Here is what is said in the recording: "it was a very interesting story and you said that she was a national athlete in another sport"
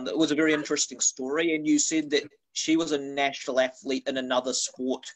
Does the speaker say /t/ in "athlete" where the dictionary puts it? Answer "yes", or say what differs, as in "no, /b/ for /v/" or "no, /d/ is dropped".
yes